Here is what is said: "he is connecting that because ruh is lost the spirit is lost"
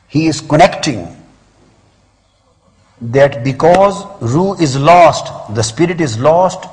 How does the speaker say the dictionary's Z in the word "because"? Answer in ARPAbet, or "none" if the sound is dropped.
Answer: Z